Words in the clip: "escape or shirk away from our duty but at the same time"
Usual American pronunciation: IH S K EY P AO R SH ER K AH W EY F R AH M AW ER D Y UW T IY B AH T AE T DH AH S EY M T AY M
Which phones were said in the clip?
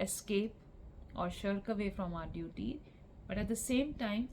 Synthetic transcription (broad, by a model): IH S K EY P AO R SH ER K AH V EY F R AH M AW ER D Y UW T IY B AH T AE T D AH S EY M T AY M